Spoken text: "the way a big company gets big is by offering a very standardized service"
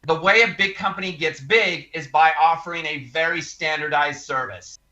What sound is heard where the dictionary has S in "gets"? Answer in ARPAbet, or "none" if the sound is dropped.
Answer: S